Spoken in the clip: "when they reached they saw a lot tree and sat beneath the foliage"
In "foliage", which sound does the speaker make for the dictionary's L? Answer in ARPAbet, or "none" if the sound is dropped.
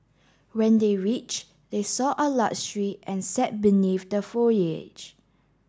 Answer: none